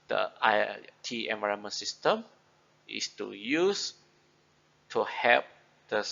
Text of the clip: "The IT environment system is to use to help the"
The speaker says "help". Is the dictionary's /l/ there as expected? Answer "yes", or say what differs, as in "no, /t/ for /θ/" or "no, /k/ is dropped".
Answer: no, /l/ is dropped